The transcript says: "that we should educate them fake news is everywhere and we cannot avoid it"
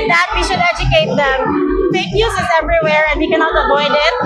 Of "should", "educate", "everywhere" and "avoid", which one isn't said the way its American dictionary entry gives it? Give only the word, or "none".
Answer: avoid